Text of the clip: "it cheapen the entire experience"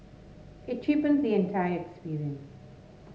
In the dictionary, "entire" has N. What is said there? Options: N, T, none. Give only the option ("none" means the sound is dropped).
N